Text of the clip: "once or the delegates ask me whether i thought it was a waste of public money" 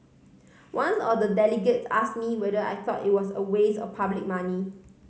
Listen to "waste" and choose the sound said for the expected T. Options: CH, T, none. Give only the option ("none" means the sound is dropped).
none